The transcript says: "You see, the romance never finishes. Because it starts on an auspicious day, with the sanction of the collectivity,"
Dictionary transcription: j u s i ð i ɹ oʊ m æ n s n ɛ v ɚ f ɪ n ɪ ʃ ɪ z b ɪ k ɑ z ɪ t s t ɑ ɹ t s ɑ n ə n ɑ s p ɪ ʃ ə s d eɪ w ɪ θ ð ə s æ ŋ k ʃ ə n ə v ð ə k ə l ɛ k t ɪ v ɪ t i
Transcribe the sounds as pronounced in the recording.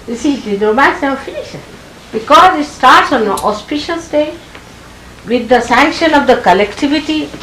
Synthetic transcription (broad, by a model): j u s i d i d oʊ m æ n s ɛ ɚ f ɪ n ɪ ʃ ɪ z b ɪ k ɑ z ɪ t s t ɑ ɹ t s ɑ n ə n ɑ s p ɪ ʃ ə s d eɪ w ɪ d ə s æ ŋ k ʃ ə n ə v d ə k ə l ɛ k t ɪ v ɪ t i